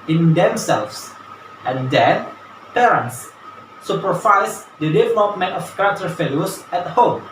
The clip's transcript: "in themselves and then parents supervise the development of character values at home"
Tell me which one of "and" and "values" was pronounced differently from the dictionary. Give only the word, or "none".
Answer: values